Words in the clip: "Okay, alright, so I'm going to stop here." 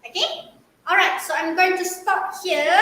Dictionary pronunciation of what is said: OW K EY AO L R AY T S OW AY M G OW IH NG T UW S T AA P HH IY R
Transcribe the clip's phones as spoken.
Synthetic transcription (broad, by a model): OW K EY AO L R AY T S OW AY M G OW IH NG T UW S T AA P HH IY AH